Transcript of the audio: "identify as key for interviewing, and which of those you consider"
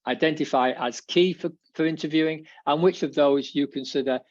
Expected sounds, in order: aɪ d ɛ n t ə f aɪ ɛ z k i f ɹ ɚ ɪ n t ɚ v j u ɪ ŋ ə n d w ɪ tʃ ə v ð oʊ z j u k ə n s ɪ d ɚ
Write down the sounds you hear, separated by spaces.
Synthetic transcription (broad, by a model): aɪ d ɛ n t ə f aɪ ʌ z k i f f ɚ ɪ n t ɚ v j u ɪ ŋ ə n w ɪ tʃ ə v ð oʊ z j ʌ k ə n s ɪ d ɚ